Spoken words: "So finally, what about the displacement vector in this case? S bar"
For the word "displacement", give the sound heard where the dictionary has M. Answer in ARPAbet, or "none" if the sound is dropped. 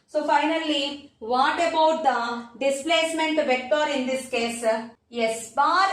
M